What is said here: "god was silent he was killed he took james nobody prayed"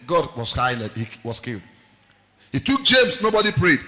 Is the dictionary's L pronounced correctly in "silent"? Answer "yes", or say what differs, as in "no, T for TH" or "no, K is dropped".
no, N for L